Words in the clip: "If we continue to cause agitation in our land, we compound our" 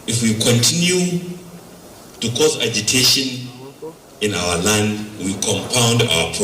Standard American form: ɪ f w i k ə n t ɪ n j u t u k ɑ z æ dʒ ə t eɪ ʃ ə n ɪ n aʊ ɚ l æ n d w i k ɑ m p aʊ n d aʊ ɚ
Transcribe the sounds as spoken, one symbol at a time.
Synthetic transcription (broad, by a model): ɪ f w i k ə n t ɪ n j u t u k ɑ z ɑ dʒ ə t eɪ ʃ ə n ɪ n aʊ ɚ l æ n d w i k ɑ m p aʊ n d aʊ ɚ